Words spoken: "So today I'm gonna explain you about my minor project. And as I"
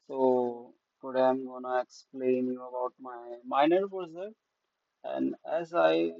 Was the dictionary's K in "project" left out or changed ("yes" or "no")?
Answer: yes